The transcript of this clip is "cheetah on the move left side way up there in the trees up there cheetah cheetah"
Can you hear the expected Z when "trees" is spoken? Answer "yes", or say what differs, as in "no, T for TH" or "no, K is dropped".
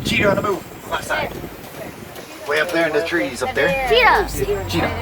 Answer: yes